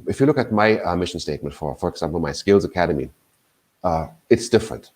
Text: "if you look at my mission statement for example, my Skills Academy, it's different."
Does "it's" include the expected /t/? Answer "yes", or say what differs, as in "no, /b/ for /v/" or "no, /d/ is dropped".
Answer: yes